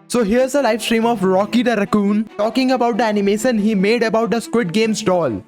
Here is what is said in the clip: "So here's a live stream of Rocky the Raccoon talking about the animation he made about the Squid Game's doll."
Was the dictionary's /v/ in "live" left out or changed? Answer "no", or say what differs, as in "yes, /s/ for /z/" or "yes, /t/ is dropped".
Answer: yes, /f/ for /v/